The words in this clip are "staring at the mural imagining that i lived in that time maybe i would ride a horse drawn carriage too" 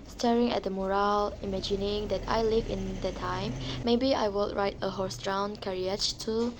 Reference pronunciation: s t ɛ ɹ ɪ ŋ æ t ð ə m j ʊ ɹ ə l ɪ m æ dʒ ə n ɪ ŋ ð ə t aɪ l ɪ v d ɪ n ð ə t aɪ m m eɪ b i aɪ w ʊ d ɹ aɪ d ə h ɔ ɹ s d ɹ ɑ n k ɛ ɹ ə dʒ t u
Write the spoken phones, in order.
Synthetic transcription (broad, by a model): s t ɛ ɹ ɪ ŋ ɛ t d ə m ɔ ɹ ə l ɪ m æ dʒ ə n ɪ ŋ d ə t aɪ l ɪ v ɪ n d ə t aɪ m m eɪ b i aɪ w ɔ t ɹ aɪ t ə h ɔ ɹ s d ɹ ɑ n k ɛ ɹ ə tʃ t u